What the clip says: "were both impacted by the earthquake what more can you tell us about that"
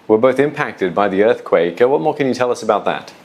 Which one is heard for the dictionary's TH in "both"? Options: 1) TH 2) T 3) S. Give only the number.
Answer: 1